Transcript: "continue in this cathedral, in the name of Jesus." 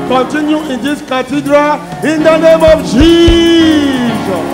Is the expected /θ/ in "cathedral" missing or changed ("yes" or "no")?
yes